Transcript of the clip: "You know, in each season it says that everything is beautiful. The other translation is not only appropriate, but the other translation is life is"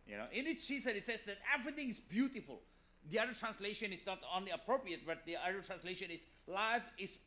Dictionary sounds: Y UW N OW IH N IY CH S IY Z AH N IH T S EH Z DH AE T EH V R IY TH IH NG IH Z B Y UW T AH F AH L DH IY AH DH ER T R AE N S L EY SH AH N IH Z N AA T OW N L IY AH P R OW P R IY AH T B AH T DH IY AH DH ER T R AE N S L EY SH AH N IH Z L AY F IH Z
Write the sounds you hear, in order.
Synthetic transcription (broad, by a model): Y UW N OW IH N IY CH SH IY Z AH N IH T S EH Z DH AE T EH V R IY T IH NG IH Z B Y UW T AH F AH L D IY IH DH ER T R AE N S L EY SH AH N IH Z N AA T OW N L IY AH P R OW P R IY AH T B AH T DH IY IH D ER T R AE N S L EY SH AH N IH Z L AY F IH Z